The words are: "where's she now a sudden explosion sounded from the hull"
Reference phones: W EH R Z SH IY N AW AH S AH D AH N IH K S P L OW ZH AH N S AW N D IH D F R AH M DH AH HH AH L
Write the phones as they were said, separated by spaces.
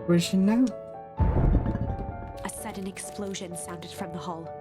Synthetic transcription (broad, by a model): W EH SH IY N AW AH S AH D N IH K S P L OW ZH AH N S AW N D IH D F R AH M DH AH HH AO L